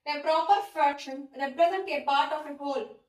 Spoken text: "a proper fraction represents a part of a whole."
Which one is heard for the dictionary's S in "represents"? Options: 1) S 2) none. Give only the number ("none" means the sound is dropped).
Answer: 2